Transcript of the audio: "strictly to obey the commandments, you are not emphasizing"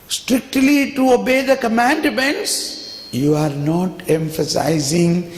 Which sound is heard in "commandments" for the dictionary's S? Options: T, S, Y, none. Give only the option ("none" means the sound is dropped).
S